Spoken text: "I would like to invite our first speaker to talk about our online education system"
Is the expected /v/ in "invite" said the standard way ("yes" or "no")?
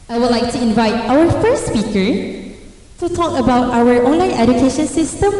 yes